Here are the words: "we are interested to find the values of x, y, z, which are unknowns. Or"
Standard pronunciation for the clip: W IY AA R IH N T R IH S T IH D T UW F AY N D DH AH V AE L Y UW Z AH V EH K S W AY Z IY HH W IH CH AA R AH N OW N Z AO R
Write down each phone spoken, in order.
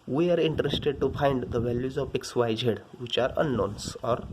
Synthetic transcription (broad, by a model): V IY AA R IH N T R IH S T IH D T UW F AY N D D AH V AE L Y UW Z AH P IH K S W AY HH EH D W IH CH AA R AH N OW N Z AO R